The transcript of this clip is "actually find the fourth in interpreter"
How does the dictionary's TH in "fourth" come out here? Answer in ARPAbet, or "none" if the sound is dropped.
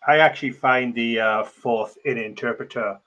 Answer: TH